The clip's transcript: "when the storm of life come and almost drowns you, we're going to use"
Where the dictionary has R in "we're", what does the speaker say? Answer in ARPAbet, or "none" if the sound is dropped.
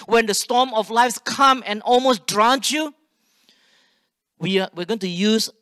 W